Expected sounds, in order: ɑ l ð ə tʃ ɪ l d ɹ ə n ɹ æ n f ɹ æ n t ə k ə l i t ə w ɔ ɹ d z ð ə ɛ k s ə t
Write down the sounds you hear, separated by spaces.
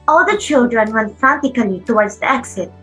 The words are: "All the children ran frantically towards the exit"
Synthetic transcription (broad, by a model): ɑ l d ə tʃ ɪ l d ɹ ə n w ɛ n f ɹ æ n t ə k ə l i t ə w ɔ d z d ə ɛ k s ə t